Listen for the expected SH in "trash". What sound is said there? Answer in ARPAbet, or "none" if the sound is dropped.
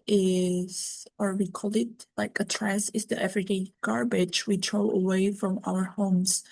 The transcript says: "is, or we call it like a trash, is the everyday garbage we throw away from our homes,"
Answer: S